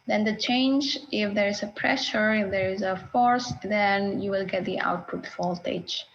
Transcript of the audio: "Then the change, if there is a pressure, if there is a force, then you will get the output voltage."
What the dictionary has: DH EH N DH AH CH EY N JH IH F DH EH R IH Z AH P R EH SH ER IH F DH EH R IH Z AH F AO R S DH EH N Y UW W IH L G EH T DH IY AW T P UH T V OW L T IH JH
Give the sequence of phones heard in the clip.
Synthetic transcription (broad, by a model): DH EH N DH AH CH EY N JH IH F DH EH R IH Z AH P R EH SH ER IH F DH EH R IH Z AH F AO R S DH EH N Y UW W IH L G EH T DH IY AW T P UH T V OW L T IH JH